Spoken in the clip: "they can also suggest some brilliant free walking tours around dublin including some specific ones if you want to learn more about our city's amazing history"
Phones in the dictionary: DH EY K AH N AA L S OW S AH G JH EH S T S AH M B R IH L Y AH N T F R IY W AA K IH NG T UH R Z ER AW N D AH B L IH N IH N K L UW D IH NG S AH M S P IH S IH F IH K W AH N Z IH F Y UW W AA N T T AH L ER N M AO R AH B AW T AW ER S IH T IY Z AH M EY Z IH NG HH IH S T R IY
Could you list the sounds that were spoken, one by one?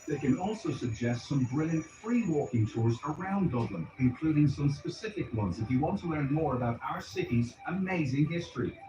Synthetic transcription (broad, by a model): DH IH K AH N AA L S OW S AH G JH EH S T S AH M B R IH L Y AH N T F R IY W AA K IH NG T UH R Z ER AW N D AH B L IH N IH N K L UW D IH NG S AH M S P IH S IH F IH K W AH N Z IH F Y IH W AA N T T AH L ER N M AO R AH B AW T AW ER S IH T IY Z AH M EY Z IH NG HH IH S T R IY